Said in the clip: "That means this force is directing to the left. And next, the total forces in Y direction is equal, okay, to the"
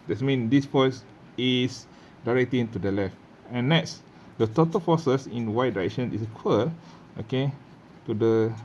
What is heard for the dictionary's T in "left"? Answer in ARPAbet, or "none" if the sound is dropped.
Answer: T